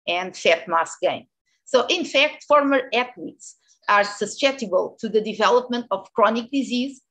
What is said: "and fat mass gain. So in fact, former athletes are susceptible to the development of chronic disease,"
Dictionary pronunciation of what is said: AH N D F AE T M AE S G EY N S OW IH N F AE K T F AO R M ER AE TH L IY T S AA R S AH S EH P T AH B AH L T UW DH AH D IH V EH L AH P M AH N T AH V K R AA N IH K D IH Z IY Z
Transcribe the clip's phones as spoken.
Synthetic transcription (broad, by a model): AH N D F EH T M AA S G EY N S OW IH N F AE K T F AO R M ER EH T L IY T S AA R S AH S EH T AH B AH L T UW DH AH D IH V EH L AH P M AH N T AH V K R AA N IH K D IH Z IY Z